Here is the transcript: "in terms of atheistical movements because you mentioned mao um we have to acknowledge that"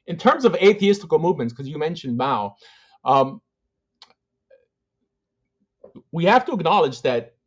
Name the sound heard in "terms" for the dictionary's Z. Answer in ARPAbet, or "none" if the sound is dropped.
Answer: Z